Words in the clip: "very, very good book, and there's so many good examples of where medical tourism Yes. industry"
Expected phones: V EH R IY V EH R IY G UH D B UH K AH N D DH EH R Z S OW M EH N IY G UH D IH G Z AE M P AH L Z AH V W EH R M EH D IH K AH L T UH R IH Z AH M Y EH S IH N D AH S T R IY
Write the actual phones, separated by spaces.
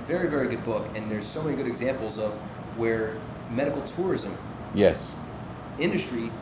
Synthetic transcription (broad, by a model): V EH R IY V EH R IY G UH D B UH K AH N DH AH R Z S OW M EH N IY G UH D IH G Z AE M P L Z AH V W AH R M EH D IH K L T UH R IH Z AH M Y EH S IH N D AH S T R IY